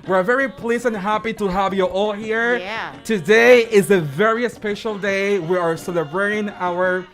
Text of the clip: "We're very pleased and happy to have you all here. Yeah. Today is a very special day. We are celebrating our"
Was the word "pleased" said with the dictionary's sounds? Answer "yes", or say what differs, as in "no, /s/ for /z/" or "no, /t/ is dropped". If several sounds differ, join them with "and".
no, /d/ is dropped